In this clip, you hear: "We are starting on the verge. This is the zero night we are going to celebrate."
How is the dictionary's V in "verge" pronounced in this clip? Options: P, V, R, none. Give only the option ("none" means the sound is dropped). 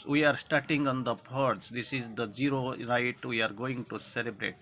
P